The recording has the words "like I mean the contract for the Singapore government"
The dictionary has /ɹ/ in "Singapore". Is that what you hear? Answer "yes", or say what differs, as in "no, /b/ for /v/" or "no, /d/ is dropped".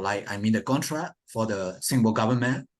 no, /l/ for /ɹ/